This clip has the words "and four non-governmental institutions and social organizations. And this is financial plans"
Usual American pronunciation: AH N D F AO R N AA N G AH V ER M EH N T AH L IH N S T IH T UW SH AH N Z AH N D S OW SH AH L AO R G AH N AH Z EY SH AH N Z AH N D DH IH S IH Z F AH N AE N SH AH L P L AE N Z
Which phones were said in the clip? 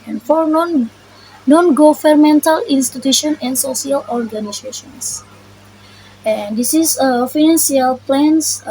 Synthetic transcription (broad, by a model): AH N F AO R N AA N G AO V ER M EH N T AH L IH N S T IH T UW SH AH N AH N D S OW S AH L AO R G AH N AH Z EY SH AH N S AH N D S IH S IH F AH N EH N S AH L P L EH N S